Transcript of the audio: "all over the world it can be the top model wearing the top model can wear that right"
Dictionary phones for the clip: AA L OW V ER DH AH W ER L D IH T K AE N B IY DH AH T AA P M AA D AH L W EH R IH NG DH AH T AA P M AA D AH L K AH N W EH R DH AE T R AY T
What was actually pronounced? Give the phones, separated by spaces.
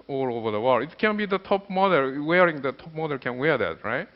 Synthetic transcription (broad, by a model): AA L OW V ER DH AH W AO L IH T K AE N B IY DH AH T AA P M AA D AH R W EH R IH NG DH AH T AA P M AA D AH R K AH N W EH R DH AE T R AY T